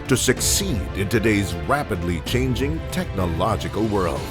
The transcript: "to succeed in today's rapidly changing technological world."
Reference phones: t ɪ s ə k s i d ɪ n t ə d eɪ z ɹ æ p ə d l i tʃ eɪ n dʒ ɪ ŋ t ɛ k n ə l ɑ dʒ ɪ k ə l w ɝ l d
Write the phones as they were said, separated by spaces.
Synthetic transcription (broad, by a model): t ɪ s ə k s i d ɪ n t ə d eɪ z ɹ æ p ə d l i tʃ eɪ n dʒ ɪ ŋ t ɛ k n ə l ɑ dʒ ɪ k ə l w ɝ l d